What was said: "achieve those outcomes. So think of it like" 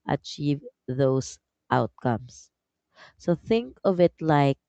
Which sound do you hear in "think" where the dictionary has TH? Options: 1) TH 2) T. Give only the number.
1